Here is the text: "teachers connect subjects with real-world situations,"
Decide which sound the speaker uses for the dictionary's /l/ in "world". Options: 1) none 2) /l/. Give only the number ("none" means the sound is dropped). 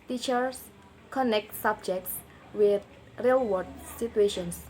1